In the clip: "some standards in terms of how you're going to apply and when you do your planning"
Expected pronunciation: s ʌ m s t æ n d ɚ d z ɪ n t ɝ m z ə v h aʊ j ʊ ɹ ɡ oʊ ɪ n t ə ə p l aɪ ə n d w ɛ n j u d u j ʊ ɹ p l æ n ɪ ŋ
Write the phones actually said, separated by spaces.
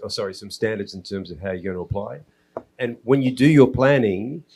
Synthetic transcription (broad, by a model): s ʌ m s t æ n d ɚ d z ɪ n t ɝ m z ə v h aʊ j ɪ ɡ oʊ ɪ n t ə ə p l aɪ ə n w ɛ n j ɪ d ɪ j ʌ ɹ p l æ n ɪ ŋ